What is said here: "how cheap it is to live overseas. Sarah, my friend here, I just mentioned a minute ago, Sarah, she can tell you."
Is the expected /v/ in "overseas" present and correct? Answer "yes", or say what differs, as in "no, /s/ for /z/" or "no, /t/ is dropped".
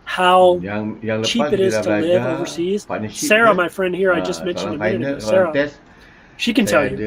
yes